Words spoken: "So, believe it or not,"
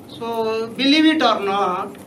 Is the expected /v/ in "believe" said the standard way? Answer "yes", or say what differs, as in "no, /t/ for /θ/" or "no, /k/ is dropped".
no, /b/ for /v/